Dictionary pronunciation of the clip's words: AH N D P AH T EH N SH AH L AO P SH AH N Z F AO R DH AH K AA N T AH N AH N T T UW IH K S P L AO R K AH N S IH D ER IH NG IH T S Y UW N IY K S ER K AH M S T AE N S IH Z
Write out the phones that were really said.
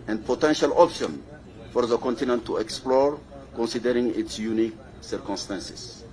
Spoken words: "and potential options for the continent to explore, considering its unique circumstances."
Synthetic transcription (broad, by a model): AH N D P AH T EH N SH AH L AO P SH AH N F AO R DH AH K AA N T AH N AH N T T UW IH K S P L AO R K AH N S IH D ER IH NG IH T S Y UW N IY K S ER K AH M S T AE N S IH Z